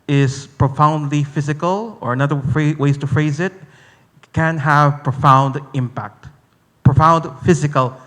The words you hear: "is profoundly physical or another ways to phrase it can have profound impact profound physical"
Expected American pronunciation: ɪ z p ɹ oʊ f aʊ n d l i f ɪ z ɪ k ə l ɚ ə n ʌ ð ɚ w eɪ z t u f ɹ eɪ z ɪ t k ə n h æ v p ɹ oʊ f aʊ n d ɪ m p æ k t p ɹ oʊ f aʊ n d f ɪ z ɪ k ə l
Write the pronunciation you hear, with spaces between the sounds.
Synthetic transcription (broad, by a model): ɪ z p ɹ oʊ f aʊ n d l i f ɪ z ɪ k ə l ɚ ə n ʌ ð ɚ w eɪ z t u f ɹ eɪ z ɪ t k ə n h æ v p ɹ oʊ f aʊ n d ɪ m p æ k t p ɹ oʊ f aʊ n d f ɪ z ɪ k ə l